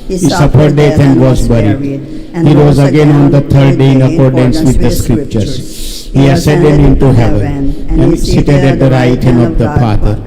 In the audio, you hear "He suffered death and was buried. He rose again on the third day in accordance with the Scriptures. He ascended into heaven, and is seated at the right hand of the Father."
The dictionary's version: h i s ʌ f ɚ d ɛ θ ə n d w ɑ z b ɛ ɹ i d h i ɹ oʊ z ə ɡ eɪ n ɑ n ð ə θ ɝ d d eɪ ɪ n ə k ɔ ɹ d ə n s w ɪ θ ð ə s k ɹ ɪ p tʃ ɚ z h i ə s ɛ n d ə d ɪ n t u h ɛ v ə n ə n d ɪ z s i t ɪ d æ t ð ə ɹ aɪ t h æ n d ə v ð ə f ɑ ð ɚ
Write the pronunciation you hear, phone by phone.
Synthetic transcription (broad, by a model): h i s ʌ f ɚ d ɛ t ə n d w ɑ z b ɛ ɹ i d h i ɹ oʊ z ə ɡ eɪ n ɑ n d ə t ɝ d d eɪ ɪ n ə k ɔ ɹ d ə n s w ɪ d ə s k ɹ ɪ p tʃ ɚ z h i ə s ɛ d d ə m ɪ n t u h ɛ v ə n ə n d s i t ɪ d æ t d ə ɹ aɪ t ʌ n ə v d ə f ɑ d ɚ